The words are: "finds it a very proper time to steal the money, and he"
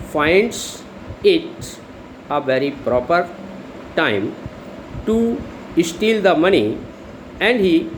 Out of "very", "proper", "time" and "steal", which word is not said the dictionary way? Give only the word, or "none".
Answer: none